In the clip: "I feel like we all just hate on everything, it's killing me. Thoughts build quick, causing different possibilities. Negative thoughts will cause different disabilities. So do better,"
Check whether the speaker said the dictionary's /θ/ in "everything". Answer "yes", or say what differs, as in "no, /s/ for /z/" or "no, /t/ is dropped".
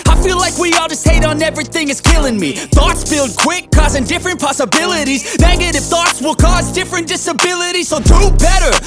yes